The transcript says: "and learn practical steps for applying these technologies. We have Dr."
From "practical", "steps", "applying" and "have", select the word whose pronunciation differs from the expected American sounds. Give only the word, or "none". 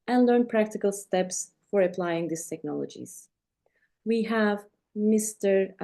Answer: none